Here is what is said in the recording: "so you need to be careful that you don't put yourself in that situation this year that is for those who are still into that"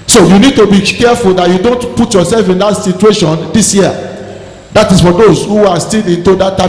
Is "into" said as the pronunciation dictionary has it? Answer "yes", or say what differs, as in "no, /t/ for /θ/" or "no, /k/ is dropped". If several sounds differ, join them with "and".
yes